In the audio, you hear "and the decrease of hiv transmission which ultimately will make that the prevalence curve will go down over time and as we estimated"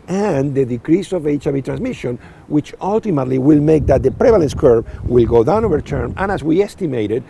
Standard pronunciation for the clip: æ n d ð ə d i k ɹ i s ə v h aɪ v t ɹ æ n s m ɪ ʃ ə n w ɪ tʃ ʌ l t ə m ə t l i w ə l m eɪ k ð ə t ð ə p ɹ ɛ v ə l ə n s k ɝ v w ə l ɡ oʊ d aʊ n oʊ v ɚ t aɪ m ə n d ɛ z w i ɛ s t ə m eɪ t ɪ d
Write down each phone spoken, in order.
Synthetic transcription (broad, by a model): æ n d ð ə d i k ɹ i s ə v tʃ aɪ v t ɹ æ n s m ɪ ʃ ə n w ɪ tʃ ʌ l t ə m ə t l i w ə l m eɪ k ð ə t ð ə p ɹ ɛ v ə l ə n s k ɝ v w ə l ɡ oʊ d aʊ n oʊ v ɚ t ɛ m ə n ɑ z w i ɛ s t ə m eɪ t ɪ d